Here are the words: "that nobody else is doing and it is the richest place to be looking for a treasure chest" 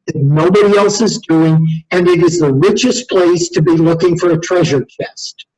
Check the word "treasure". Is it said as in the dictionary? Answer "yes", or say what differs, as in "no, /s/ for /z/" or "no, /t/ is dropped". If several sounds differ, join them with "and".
yes